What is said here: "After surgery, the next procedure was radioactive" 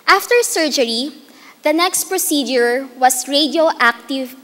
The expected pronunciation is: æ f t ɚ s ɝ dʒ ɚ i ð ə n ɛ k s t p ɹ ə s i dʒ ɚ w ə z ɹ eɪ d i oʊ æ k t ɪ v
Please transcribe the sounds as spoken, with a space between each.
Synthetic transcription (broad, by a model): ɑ f t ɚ s ɝ dʒ ɚ i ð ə n ɛ k s t p ɹ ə s i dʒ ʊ w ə s ɹ eɪ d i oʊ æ k t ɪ v